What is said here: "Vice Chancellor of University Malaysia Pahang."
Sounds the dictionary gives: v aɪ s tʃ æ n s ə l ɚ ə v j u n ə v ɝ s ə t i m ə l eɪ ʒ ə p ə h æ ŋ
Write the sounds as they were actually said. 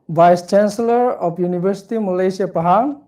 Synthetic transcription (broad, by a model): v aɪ s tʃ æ n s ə l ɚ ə p j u n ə b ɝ s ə t i m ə l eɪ s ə p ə h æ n